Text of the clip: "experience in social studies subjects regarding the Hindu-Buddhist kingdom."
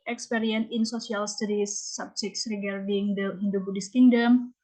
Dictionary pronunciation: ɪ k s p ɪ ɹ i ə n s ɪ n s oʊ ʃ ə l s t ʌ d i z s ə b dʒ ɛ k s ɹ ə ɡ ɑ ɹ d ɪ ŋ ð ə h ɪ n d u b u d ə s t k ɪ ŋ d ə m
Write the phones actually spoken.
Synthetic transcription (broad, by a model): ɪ k s p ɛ ɹ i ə n ɪ n s oʊ s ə l s t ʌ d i s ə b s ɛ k s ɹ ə ɡ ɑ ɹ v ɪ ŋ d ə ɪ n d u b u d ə s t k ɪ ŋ d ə m